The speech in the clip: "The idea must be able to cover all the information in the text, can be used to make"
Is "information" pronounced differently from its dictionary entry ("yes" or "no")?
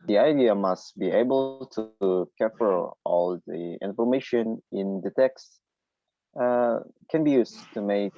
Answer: no